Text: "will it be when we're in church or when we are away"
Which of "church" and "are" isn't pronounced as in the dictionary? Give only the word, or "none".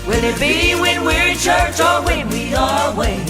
are